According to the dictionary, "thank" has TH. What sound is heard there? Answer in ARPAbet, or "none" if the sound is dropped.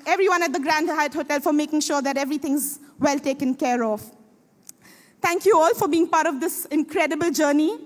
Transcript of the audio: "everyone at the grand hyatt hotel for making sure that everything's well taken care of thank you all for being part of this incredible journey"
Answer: T